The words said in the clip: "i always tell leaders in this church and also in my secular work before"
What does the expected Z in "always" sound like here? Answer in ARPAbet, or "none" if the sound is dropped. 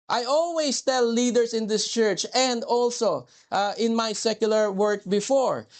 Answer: S